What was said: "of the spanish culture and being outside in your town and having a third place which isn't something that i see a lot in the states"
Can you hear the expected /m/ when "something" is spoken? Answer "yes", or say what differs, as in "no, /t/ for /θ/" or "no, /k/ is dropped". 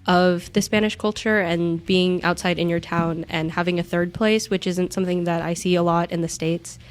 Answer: yes